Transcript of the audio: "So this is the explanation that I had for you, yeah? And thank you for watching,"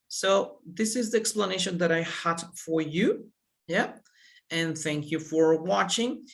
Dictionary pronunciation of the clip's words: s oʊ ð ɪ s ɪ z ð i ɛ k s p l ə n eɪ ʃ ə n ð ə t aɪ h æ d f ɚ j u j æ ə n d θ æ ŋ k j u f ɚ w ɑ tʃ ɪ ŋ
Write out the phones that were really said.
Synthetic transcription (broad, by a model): s oʊ ð ɪ s ɪ z ð i ɛ k s p l ə n eɪ ʃ ə n ð ə t aɪ h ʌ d f ɚ j u j æ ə n θ æ ŋ k j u f ɚ w ɑ tʃ ɪ ŋ